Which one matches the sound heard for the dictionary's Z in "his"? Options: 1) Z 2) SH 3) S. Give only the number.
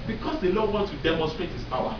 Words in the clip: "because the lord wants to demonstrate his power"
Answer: 3